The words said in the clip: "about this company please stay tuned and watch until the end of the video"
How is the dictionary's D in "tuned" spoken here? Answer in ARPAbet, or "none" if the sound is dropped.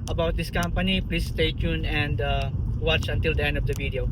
none